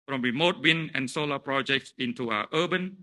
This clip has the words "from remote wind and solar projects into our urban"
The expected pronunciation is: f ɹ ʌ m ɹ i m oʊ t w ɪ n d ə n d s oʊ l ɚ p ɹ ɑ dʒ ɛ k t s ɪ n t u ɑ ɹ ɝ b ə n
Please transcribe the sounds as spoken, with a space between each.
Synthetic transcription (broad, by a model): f ɹ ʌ m ɹ i m oʊ t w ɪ n ə n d s oʊ l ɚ p ɹ ɑ dʒ ɛ k t s ɪ n t u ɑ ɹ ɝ b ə n